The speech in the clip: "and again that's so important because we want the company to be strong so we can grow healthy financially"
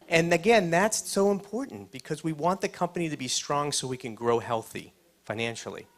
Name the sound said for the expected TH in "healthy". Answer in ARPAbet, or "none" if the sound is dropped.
TH